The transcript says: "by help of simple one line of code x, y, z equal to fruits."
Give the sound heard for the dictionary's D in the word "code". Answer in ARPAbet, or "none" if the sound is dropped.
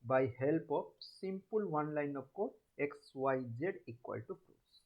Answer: none